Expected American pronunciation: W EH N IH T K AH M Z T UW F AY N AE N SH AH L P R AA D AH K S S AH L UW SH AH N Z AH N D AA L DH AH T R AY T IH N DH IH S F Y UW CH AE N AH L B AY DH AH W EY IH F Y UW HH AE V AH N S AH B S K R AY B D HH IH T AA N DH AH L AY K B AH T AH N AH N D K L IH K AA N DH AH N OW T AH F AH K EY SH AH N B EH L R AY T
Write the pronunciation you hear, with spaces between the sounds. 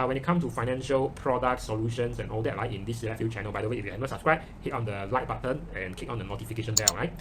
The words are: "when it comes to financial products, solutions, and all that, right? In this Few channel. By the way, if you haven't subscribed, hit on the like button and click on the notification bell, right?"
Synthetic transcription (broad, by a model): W EH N IH T K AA M S T UW F AY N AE N SH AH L P R AA D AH K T S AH L UW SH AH N S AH N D AA L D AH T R AY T IH N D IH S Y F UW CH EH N AH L B AY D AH W EY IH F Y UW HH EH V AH S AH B S K R AY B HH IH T AA N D AH L AY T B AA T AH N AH N K IH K AA N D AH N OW T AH F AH K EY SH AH N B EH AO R AY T